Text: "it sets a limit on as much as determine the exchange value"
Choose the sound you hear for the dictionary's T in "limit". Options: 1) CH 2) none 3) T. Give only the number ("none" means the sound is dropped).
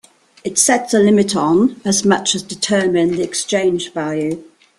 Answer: 3